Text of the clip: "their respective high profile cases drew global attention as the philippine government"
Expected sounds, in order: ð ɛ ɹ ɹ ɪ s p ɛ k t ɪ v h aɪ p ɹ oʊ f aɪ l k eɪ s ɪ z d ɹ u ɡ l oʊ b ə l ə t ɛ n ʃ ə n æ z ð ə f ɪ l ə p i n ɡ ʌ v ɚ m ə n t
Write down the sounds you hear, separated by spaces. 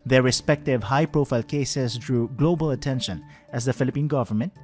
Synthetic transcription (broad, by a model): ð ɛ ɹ ɹ ɪ s p ɛ k t ɪ v h aɪ p ɹ oʊ f aɪ l k eɪ s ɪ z d ɹ u ɡ l oʊ b ə l ə t ɛ n ʃ ə n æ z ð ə f ɪ l ə p i n ɡ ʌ v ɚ m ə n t